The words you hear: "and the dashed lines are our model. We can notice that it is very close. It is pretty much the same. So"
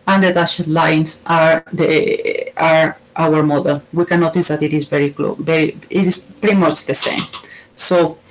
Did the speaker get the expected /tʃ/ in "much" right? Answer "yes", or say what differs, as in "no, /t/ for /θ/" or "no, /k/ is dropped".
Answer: yes